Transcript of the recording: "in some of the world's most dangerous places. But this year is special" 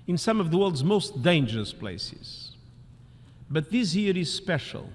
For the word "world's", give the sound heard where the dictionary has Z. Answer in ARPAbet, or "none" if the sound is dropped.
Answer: Z